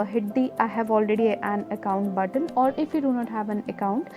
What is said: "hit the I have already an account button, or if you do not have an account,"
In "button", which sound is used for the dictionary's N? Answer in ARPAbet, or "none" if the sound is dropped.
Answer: L